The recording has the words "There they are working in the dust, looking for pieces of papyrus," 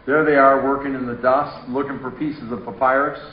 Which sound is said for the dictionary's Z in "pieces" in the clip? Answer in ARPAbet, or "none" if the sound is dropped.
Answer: Z